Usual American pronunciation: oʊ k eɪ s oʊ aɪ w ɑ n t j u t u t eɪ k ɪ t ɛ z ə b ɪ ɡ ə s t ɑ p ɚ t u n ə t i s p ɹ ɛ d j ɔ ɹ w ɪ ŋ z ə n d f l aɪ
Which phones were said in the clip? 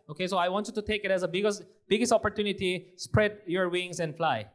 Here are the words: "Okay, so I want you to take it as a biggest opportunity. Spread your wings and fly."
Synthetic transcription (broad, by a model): oʊ k eɪ s oʊ aɪ w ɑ n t j u t u t eɪ k ɪ t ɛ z ə b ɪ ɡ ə s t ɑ p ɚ t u n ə t i s p ɹ ɛ d j ɔ ɹ w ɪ ŋ s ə n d f l aɪ